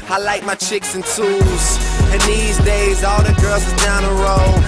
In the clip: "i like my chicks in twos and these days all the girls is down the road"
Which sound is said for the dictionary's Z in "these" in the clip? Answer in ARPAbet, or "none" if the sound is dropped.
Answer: Z